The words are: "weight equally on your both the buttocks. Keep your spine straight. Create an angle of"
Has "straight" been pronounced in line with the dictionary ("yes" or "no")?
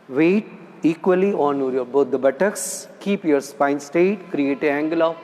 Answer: no